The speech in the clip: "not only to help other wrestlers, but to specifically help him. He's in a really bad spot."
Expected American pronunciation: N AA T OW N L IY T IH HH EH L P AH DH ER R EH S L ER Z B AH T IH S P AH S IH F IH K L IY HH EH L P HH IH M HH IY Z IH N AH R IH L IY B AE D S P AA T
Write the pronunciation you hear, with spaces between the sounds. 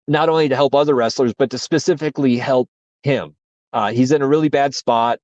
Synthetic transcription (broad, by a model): N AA T OW N L IY T IH HH EH L P AH DH ER R EH S L ER Z B AH T IH S P AH S IH F IH K L IY HH EH L P HH IH M HH IY Z IH N AH R IH L IY B AE D S P AA T